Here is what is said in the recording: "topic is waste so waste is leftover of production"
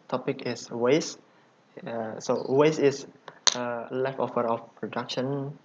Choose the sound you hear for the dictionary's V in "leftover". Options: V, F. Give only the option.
F